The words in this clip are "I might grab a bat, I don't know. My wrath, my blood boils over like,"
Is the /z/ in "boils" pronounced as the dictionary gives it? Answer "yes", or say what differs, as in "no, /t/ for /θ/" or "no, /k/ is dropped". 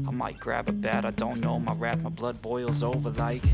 yes